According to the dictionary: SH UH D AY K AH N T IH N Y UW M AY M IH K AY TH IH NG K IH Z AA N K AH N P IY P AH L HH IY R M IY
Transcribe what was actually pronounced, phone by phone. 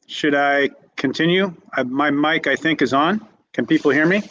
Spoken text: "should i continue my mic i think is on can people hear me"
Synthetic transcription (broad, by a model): SH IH D AY K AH N T IH N Y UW M AY M IH K AY TH IH NG K IH Z N K AH N P IY P L HH IY R M IY